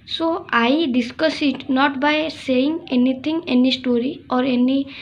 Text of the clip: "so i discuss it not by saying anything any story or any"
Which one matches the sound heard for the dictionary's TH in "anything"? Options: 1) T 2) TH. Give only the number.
1